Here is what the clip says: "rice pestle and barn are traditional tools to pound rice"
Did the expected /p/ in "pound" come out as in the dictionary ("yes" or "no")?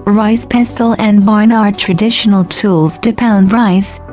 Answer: yes